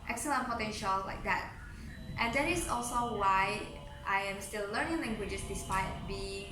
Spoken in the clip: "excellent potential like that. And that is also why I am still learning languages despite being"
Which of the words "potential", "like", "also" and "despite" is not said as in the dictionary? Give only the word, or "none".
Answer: none